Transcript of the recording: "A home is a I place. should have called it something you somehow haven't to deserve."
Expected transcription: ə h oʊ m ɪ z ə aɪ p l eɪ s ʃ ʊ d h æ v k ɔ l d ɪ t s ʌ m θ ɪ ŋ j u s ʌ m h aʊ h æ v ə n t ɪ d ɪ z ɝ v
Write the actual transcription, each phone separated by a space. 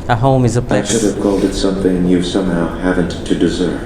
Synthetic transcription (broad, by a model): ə h oʊ m ɪ z ə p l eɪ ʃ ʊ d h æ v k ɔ l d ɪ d s ʌ m θ ɪ ŋ j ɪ s ʌ m h aʊ h æ v ə n t ɪ d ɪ z ɝ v